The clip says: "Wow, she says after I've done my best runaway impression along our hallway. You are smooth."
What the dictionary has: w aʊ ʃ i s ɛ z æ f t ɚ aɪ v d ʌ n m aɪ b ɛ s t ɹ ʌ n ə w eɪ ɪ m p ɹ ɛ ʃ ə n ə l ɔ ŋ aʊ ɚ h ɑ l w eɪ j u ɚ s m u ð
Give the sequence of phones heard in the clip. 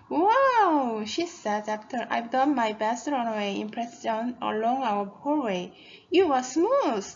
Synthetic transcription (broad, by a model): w aʊ ʃ i s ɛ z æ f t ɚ aɪ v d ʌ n m aɪ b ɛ s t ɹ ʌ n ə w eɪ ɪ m p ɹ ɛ s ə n ə l ɔ ŋ aʊ ɚ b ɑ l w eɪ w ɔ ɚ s m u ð